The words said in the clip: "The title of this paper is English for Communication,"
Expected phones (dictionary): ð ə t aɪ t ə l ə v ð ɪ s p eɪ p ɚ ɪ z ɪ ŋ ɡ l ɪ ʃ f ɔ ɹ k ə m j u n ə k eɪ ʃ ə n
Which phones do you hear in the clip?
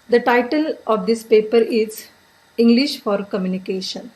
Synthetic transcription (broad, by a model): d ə t aɪ t ə l ə v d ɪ s p eɪ p ɚ ɪ z ɪ ŋ ɡ l ɪ ʃ f ɔ ɹ k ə m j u n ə k eɪ ʃ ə n